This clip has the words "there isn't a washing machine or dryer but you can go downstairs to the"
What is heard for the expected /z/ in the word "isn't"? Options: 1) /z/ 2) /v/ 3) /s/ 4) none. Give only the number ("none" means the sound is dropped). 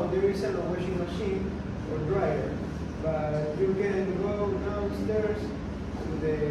3